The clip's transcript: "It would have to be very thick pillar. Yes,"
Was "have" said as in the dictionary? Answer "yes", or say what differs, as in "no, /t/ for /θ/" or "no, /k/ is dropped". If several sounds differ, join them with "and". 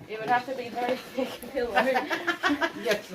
no, /f/ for /v/